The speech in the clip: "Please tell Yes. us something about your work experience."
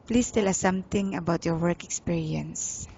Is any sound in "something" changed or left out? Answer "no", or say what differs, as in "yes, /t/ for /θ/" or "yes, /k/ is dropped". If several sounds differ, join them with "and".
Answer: yes, /t/ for /θ/